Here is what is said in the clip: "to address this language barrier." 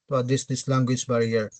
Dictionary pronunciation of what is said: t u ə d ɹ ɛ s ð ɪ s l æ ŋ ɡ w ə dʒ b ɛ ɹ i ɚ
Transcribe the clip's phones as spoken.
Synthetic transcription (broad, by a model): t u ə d i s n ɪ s l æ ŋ ɡ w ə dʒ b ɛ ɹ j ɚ